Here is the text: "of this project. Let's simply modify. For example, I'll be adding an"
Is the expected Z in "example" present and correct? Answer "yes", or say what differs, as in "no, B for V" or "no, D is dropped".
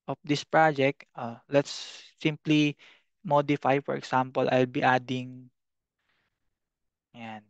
no, S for Z